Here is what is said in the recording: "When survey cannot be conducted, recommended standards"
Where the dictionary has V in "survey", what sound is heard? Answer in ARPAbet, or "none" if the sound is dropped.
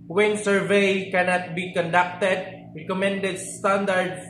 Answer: V